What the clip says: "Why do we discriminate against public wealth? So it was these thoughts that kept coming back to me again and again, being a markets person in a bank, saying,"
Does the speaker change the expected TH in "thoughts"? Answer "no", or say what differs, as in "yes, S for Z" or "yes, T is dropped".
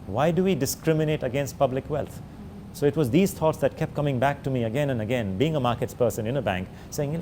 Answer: yes, T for TH